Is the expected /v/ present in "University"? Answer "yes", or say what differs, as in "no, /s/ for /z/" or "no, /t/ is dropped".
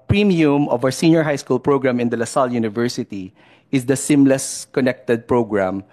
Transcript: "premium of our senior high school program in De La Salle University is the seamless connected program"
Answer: yes